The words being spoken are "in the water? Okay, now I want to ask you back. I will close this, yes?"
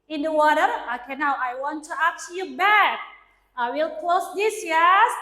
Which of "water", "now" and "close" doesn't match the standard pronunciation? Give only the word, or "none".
none